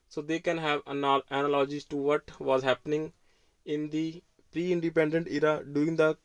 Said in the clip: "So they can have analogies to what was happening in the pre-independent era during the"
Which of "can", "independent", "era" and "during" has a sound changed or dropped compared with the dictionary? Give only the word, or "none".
during